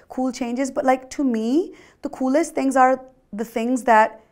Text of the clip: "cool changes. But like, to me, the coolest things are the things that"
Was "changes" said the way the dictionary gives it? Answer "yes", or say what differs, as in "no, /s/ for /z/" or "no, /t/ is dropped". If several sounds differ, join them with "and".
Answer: yes